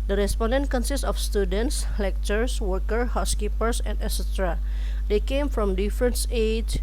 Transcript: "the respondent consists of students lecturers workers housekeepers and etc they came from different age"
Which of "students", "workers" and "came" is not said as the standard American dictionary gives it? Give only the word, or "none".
workers